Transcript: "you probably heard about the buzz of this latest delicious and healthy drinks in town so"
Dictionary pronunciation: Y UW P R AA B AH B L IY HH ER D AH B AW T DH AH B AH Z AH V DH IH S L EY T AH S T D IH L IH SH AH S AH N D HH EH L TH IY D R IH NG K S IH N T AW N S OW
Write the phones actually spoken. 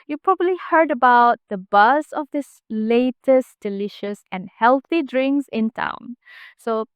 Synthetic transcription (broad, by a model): Y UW P R AA B AH B L IY HH ER D AH B AW T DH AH B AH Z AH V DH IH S L EY T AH S D IH L IH SH AH S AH N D HH EH L TH IY D R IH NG S IH N T AW N S OW